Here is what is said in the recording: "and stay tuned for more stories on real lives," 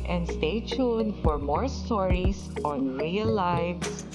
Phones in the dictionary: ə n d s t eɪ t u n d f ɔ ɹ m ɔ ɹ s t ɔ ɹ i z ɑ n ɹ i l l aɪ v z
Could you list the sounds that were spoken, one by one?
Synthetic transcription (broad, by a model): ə n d s t eɪ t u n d f ɔ ɹ m ɔ ɹ s t ɔ ɹ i s ɑ n ɹ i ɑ l aɪ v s